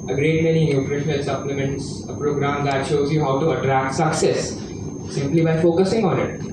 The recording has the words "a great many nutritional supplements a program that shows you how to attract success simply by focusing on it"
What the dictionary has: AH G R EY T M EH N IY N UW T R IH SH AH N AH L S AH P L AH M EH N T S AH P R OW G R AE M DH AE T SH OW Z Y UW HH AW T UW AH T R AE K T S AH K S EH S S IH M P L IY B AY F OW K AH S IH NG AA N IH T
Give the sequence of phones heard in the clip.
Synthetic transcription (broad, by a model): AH G R EY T M EH N IY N UW T R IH SH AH N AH L S AH P L AH M EH N T S AH P R OW G R AE M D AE T SH OW Z Y UW HH AW T UW AH T R AE K T S AH K S EH S S IH M P L IY B AY F OW K AH S IH NG AA N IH T